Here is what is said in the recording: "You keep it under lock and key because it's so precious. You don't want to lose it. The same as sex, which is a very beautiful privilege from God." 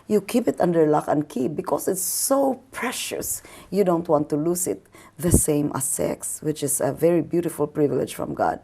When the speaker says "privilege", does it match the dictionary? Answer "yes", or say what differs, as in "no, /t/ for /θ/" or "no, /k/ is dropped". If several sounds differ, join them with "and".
yes